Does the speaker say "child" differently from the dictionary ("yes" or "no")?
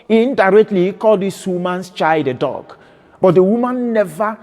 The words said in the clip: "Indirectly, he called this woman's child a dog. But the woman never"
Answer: yes